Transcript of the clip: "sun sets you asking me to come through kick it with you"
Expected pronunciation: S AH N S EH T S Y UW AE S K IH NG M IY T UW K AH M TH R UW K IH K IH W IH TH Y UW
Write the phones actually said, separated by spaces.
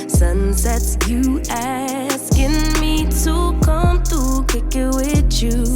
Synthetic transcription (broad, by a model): S AH N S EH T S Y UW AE S K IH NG M IY T UW K AH M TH UW K IH K IH W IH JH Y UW